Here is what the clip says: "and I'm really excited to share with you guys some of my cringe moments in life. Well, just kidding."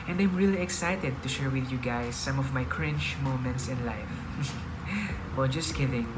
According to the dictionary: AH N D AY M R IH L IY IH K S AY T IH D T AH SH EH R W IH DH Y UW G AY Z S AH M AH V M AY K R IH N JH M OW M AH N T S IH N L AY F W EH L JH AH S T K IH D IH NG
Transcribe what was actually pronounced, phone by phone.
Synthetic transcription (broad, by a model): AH N D AY M R IH L IY IH K S AY T IH D T AH SH EH R W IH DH Y UW G AY S AH M AH V M AY K R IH N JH M OW M AH N T S IH N L AY F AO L JH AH S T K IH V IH NG